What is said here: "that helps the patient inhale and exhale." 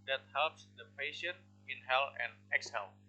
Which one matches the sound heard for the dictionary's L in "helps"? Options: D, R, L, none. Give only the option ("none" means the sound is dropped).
L